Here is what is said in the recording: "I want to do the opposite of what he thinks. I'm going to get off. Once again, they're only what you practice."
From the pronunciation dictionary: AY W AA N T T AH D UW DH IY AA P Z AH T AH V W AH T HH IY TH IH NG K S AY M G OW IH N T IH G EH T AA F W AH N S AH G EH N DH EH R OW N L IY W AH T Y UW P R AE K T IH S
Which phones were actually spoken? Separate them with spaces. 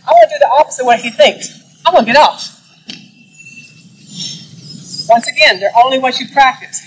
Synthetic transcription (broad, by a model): AY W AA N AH D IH DH IY AA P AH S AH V W AH T HH IY TH IH NG K S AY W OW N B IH T AA F W AH N S AH G EH N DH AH R OW N L IY W AH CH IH P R AE K T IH S